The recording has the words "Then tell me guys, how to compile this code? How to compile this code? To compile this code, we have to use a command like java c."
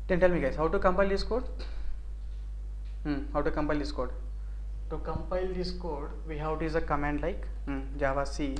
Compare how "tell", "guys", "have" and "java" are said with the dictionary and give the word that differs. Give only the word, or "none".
have